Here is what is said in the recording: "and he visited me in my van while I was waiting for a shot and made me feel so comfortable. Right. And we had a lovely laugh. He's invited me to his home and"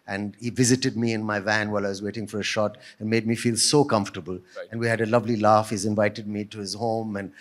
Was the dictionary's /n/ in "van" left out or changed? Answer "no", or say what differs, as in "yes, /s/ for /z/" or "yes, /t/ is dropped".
no